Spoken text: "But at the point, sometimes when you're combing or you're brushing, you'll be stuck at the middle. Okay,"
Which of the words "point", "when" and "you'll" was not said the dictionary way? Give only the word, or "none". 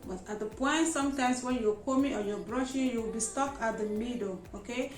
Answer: you'll